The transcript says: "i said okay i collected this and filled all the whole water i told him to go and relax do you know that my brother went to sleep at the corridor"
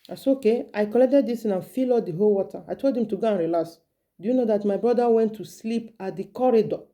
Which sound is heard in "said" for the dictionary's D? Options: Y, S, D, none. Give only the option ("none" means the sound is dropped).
none